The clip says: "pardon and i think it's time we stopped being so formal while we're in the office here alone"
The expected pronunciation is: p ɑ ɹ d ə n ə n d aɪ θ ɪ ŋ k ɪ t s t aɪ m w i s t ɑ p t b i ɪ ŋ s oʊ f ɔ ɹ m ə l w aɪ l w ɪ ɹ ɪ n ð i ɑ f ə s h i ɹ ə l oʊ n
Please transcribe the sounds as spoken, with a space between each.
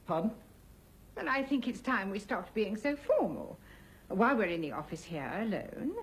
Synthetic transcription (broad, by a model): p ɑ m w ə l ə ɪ θ ɪ ŋ k ɪ t s t aɪ m w i s t ɑ p t b i ɪ ŋ s oʊ f ɔ ɹ m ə l w aɪ l w ɪ ɹ ɪ n ð i ɑ f ə s h i ɹ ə l oʊ n